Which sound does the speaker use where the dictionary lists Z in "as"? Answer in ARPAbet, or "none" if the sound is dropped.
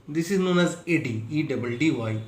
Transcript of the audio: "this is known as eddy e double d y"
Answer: Z